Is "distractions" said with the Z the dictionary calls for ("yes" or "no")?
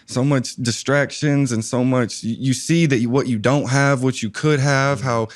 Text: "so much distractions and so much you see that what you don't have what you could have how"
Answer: yes